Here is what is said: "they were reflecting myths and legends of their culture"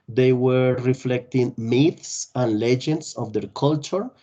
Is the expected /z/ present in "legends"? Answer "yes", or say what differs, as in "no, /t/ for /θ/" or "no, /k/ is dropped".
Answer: no, /s/ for /z/